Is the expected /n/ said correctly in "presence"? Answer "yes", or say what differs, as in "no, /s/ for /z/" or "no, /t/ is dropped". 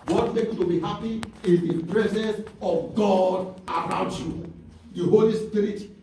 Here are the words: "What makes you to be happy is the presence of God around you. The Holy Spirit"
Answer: yes